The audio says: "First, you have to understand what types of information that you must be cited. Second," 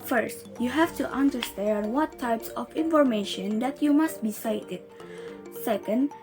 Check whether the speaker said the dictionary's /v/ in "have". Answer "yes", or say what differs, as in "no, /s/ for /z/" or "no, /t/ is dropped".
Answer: no, /f/ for /v/